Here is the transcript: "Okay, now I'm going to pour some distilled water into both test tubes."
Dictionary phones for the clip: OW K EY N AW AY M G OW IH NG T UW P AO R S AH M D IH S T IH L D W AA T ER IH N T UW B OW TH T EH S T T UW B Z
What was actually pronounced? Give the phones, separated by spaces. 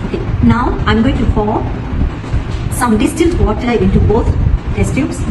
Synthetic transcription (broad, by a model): OW K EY N AW AY M G OW IH NG T UW F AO S AH M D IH S T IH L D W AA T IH IH N T UW B OW T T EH S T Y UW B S